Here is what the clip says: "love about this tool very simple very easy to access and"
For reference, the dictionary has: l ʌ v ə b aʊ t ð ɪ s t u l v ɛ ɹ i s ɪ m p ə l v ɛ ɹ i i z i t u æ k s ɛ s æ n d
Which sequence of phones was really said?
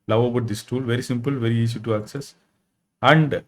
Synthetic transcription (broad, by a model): l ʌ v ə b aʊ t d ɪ s t u l v ɛ ɹ i s ɪ m p ə l v ɛ ɹ i i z i t u æ k s ɛ s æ n d